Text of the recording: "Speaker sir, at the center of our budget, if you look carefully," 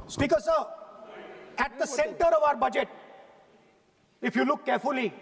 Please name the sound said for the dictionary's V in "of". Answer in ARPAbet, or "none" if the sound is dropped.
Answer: V